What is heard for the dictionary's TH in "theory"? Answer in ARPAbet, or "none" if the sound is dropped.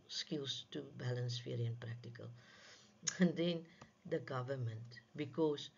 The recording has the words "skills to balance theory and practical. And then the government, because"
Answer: F